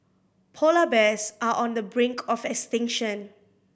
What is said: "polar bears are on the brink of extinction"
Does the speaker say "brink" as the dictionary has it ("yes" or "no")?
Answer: yes